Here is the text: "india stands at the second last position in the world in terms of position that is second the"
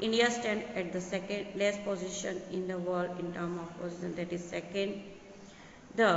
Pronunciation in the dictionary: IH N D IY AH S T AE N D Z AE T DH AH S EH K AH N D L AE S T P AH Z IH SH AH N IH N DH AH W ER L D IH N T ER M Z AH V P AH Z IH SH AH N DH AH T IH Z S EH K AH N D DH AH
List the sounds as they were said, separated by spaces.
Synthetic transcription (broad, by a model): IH N D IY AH S T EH N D AE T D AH S EH K AH N D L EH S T P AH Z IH SH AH N IH N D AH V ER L D IH N T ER M AH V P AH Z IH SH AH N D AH T IH Z S EH K AH N D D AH